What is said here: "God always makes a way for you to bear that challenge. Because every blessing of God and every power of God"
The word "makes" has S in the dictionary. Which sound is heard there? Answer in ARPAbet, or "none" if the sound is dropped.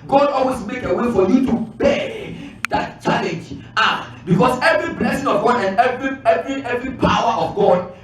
none